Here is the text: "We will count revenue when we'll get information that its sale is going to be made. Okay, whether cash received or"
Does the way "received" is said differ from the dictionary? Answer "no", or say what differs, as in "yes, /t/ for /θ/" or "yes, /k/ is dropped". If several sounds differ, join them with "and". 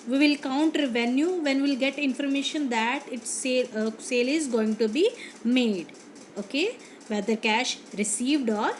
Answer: no